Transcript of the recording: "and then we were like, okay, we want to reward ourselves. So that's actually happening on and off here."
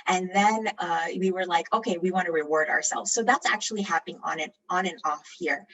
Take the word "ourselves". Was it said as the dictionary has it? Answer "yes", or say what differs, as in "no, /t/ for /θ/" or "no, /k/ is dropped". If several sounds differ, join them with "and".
yes